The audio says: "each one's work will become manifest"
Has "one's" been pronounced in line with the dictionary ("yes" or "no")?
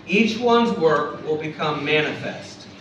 yes